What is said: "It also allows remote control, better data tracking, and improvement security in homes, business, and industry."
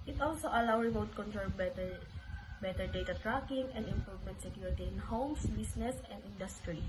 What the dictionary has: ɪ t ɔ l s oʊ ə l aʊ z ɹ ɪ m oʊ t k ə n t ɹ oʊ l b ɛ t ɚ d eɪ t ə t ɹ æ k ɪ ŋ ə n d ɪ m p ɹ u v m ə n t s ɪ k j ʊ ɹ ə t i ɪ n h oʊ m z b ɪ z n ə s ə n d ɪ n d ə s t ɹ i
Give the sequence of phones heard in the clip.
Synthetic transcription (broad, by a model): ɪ t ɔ l s oʊ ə l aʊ ɹ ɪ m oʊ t k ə n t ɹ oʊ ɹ b ɛ t ɚ d eɪ t ə t ɹ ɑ k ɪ ŋ ə n d ɪ m p ɹ u v m ə n t s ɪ k j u ɹ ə t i ɪ n h oʊ m s b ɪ s n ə s ə n d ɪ n d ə s t ɹ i